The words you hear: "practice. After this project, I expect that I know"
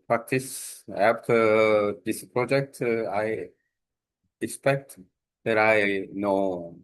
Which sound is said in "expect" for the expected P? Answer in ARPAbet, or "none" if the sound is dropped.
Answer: P